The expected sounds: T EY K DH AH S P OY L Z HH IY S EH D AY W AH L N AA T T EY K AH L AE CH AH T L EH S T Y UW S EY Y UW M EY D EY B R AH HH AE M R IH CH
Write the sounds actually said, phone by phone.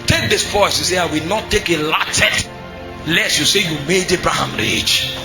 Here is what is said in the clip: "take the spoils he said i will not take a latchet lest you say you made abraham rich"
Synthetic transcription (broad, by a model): T EY K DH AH S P OY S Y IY S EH AY W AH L N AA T T EY K AH L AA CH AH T L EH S Y UW S EY Y UW M EY D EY B R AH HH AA M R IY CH